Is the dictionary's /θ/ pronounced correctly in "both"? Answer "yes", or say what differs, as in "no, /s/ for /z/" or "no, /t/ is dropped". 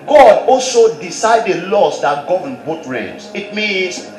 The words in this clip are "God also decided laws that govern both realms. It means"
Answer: no, /t/ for /θ/